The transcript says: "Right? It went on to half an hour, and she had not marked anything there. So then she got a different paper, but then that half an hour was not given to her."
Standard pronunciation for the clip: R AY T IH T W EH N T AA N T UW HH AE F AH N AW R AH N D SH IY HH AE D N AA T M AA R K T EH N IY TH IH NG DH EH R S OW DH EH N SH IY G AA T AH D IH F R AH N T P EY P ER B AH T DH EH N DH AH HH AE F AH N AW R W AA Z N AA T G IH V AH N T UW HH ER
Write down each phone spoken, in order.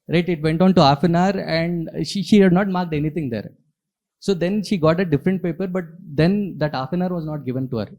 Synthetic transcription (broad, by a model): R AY T IH T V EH N T AA N T UW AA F AH N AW R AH N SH SH IY HH AE D N AA T M AA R K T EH N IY T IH NG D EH R S OW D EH N SH IY G AA T AH D IH F R AH N T P EY P ER B AH T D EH N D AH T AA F AH N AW R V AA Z N AA T G IH V AH N T UW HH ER